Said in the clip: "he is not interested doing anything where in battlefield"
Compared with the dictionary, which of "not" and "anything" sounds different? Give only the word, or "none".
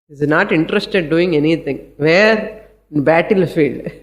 anything